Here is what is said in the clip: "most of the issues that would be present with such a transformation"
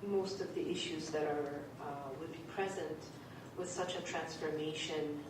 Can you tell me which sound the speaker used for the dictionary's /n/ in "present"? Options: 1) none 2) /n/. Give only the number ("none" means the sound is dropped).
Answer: 2